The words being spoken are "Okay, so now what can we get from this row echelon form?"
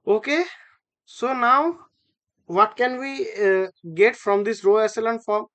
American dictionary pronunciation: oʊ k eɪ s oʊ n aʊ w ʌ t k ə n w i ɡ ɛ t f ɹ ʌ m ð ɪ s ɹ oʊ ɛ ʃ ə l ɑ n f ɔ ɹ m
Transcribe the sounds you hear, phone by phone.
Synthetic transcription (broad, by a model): oʊ k eɪ s oʊ n aʊ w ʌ t k ə n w i ɡ ɛ t f ɹ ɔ m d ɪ s ɹ oʊ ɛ s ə l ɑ n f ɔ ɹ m